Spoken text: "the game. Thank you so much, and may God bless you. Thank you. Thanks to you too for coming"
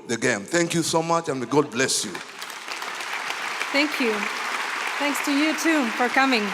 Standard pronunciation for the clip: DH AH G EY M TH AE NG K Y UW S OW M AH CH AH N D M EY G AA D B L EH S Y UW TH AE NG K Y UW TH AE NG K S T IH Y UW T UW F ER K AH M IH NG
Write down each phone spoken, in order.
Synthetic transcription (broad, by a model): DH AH G EY M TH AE NG K Y UW S OW M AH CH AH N G AA D B L EH S Y UW TH AE NG K Y UW TH AE NG K S T IH Y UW T UW F ER K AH M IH NG